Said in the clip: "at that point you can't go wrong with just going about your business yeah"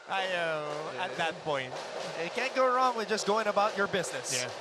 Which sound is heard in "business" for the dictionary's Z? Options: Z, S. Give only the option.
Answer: Z